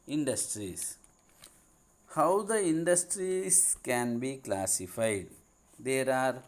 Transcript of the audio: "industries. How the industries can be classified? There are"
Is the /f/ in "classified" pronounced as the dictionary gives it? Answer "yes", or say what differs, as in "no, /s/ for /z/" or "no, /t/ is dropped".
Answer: yes